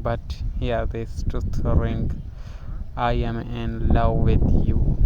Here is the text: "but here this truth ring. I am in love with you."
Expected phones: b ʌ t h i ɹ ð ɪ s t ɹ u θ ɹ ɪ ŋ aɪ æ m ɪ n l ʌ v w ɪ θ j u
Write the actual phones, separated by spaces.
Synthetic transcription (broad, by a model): b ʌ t h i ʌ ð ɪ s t u t ɹ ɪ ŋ aɪ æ m ɪ n l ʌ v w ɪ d j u